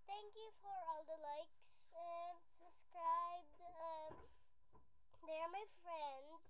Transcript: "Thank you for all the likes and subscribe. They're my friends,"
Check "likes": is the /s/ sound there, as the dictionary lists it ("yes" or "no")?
yes